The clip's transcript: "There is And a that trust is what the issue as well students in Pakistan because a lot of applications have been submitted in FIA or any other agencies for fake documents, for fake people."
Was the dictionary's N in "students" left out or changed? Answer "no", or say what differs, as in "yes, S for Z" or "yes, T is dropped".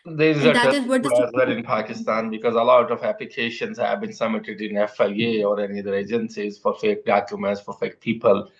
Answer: yes, N is dropped